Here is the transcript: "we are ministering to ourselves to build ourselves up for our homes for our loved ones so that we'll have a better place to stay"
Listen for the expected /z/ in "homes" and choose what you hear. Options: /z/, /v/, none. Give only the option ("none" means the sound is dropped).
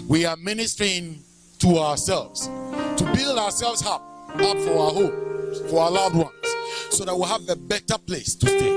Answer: none